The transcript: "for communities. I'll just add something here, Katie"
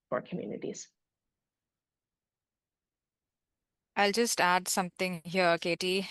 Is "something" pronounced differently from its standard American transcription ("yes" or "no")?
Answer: yes